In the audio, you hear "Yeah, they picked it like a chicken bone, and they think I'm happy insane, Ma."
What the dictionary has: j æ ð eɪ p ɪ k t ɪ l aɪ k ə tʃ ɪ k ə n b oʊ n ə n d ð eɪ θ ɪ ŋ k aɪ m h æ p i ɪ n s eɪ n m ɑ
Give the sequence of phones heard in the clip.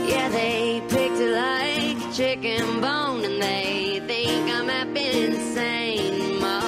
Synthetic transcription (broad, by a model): j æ ð eɪ p ɪ k t ɪ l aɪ ə tʃ ɪ k ə n b oʊ n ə n ð eɪ θ ɪ ŋ k aɪ m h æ b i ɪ n s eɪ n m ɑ